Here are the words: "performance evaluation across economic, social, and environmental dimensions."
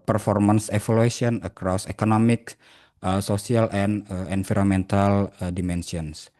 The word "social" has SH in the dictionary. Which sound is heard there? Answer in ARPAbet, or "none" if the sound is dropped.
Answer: S